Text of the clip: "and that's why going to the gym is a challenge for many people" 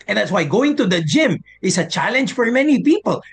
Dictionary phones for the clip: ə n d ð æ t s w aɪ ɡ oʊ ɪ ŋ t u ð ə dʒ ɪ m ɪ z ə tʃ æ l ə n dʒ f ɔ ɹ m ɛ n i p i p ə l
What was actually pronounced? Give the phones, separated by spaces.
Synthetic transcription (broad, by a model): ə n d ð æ t s w aɪ ɡ oʊ ɪ ŋ t u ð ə dʒ ɪ m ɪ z ə tʃ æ l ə n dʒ f ɔ ɹ m ɛ n i p i p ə l